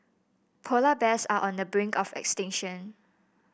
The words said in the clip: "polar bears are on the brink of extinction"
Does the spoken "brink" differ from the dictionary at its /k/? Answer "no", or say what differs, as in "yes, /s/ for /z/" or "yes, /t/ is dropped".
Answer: no